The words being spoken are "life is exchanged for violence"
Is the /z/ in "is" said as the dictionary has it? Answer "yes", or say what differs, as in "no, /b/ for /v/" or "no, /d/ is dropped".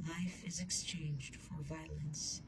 yes